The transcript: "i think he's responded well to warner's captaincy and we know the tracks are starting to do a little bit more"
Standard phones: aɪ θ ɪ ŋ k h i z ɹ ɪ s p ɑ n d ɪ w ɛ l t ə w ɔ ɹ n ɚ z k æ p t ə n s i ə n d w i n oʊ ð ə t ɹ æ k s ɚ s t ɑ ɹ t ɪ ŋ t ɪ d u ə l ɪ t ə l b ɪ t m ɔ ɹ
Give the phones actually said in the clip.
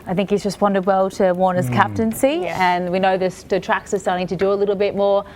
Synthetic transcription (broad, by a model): aɪ θ ɪ ŋ k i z ɹ ɪ s p ɑ n d ɪ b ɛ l t ə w ɔ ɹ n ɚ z k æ p t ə n s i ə n w i n oʊ ð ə t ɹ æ k s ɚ s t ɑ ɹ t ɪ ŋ t ɪ d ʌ ə l ɪ t l b ɪ t m ɔ ɹ